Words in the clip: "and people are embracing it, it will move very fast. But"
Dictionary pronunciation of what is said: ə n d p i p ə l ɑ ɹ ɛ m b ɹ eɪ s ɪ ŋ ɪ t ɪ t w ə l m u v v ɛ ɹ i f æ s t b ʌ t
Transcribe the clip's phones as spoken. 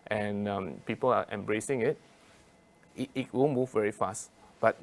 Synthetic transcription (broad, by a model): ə n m p i p ə l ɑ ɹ ɛ m b ɹ eɪ s ɪ ŋ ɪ t ɪ t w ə n m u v v ɛ ɹ i f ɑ s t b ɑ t